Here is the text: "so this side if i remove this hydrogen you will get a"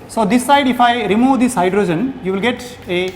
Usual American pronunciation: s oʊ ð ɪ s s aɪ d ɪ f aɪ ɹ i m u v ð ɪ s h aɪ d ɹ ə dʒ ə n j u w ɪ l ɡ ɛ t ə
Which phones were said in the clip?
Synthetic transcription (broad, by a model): s oʊ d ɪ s s aɪ d ɪ f aɪ ɹ i m u v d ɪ s h aɪ d ɹ ə dʒ ə n j u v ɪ l ɡ ɛ t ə